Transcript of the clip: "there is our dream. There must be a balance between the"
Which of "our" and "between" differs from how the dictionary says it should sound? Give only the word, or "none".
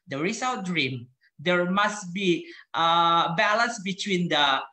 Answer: our